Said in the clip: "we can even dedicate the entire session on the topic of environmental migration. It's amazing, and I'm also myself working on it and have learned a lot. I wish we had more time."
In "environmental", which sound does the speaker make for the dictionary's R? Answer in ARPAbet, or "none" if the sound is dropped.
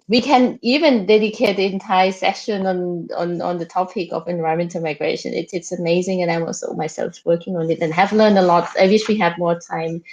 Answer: none